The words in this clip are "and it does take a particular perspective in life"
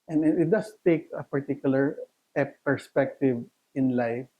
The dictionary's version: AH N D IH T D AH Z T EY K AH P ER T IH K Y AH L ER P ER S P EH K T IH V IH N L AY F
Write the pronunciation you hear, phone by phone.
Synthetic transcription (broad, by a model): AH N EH IH T D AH S T EY K AH P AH T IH K Y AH L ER P ER S P EH K T IH V IH N L AY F